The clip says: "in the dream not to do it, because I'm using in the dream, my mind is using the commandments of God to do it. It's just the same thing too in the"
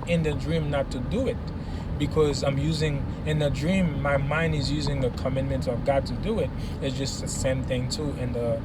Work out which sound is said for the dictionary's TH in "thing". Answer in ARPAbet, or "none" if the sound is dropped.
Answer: TH